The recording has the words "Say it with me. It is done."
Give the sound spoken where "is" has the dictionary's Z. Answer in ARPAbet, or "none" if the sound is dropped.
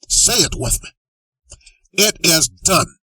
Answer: Z